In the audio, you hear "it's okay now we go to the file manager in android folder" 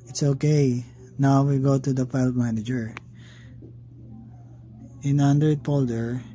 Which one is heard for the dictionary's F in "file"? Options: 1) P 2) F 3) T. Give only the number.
1